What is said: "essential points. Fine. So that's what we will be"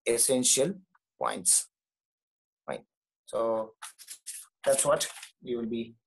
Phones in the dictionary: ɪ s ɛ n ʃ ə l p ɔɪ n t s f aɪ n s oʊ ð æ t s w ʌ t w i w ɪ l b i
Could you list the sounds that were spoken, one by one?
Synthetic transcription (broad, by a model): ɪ s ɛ n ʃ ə l p ɔɪ n t s p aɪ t s oʊ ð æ t s w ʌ t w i w ɪ l b i